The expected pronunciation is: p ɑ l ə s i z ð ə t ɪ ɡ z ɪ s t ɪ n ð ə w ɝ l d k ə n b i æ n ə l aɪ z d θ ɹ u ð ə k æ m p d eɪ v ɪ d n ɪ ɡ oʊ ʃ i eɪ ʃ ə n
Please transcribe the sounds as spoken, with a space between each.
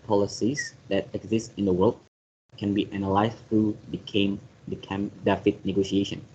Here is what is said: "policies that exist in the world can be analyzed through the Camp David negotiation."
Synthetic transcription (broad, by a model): p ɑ l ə s i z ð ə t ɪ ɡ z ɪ s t ɪ n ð ə w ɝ l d k ə n b i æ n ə l aɪ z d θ ɹ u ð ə k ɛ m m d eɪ f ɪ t n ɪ ɡ oʊ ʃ i eɪ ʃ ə n